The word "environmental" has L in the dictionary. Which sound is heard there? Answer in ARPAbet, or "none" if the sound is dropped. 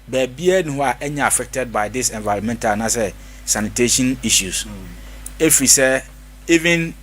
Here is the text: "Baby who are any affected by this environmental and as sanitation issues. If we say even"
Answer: N